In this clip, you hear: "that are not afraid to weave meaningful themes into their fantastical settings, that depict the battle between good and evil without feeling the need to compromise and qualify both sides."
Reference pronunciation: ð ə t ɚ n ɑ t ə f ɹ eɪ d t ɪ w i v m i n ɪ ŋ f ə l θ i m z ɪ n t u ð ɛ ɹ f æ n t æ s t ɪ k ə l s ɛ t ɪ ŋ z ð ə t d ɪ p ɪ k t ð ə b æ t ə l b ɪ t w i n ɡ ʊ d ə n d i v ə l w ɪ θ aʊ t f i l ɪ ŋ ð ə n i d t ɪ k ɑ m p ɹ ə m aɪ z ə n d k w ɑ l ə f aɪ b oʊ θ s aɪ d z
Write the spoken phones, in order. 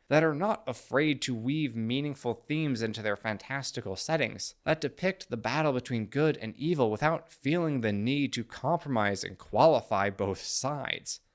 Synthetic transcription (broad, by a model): ð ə t ɚ n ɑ t ə f ɹ eɪ d t ɪ w i v m i n ɪ ŋ f l θ i m z ɪ n t u ð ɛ ɹ f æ n t æ s t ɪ k l s ɛ t ɪ ŋ z ð ə t d ɪ p ɪ k t ð ə b æ t l b ɪ t w i n ɡ ʊ d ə n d i v l w ɪ θ aʊ t f i l ɪ ŋ ð ə n i d t ɪ k ɑ m p ɹ ə m aɪ z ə n k w ɑ l ə f aɪ b oʊ θ s aɪ d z